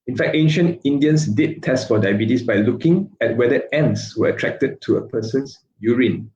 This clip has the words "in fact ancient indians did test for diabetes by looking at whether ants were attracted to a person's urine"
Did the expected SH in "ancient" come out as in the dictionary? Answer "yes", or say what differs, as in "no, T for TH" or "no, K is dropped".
yes